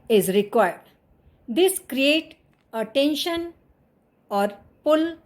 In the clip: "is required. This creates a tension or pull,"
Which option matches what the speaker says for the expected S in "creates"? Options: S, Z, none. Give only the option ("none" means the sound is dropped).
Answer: none